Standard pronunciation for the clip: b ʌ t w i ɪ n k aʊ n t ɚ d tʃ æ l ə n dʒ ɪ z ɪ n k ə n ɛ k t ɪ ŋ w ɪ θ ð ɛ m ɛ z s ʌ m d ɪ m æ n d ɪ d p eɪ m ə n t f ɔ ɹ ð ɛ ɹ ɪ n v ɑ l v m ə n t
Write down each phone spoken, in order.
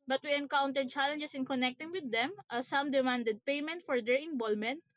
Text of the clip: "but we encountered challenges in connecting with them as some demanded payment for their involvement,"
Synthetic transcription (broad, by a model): b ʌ t w i ɪ n k aʊ n t ɚ d tʃ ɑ l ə n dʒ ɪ s ɪ n k ə n ɛ k t ɪ ŋ w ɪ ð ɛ m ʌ s ʌ m d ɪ m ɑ n d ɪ d p eɪ m ə n t f ɔ ɹ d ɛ ɹ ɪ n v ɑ l m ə n t